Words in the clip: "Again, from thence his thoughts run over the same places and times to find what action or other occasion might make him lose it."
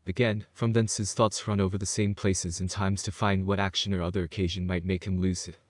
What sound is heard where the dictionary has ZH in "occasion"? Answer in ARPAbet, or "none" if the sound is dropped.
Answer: ZH